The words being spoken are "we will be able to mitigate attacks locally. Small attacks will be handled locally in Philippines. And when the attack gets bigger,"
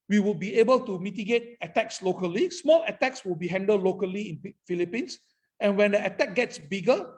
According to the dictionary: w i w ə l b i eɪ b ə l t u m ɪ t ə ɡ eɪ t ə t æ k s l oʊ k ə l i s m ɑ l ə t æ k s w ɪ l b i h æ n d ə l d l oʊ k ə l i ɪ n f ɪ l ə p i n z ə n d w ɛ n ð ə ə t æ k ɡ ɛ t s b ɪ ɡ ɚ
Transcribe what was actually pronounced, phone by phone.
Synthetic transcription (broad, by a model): w i w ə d b i eɪ b ə l t u m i t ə ɡ eɪ t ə t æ k s l oʊ k ə l i s m ɑ l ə t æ k s w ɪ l b i h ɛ n d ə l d l oʊ k ə l i ɪ n f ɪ l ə p i n s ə n w ɛ n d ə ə t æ k ɡ ɛ t s b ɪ ɡ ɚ